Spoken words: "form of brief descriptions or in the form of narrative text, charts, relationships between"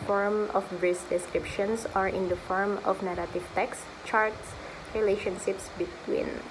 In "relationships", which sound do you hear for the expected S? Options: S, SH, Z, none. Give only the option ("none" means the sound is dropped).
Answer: S